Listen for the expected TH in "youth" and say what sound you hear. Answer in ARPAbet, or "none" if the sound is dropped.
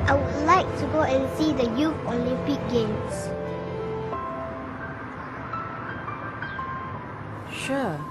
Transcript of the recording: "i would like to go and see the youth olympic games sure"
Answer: F